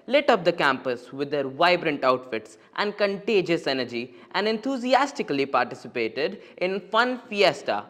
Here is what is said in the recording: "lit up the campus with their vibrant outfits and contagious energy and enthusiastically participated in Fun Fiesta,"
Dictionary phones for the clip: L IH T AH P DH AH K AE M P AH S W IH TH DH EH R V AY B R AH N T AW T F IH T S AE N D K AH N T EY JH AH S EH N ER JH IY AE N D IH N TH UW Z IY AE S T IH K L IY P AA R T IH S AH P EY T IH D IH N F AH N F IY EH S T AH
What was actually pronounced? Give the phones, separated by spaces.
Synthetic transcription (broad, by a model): L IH T AH P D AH K AE M P AH S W IH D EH R V AY B R AH N T AW T F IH T S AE N D K AH N T EY JH AH S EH N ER JH IY AE N D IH N T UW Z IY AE S T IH K L IY P AA R T IH S AH P EY T IH D IH N F AH N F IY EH S T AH